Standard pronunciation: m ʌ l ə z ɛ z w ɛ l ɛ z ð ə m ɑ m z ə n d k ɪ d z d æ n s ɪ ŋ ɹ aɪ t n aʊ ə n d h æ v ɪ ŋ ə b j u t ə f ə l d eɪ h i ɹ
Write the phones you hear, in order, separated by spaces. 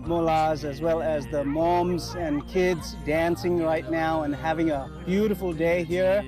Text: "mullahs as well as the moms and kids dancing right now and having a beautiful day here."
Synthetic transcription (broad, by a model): m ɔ l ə z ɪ z w ɛ l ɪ z ð ə m ɑ m z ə n k ɪ d z d æ n s ɪ ŋ ɹ aɪ t n aʊ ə n h æ v ɪ ŋ ə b j u t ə f l d eɪ h i ɹ